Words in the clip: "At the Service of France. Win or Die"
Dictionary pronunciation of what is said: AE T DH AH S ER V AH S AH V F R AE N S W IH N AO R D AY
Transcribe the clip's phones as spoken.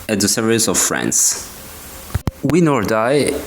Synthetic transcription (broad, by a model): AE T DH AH S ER AH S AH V F R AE N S W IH N AO R D AY